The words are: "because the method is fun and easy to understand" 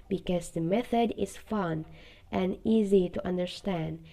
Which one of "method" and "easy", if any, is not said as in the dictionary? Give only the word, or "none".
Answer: none